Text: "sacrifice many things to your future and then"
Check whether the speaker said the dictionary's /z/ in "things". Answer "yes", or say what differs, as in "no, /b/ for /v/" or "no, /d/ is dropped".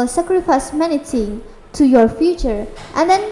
no, /z/ is dropped